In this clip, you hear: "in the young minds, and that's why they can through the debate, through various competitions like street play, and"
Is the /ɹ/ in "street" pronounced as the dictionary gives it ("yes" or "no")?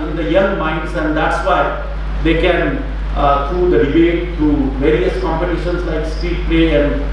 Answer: no